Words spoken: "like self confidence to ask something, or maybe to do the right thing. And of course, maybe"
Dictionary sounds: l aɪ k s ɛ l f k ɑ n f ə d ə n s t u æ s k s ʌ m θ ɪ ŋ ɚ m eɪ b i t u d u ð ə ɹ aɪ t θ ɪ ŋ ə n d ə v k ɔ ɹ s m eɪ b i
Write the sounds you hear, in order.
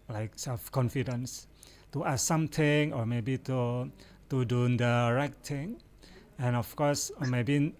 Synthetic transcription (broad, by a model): l aɪ k s ɛ l f k ɑ n f ə d ə n s t u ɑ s s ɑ m t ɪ ŋ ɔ m eɪ b i t u d u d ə ɹ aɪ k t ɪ ŋ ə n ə f k ɔ s m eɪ b i